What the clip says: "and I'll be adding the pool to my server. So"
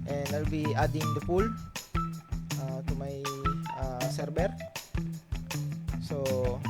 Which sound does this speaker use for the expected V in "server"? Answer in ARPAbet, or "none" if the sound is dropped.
B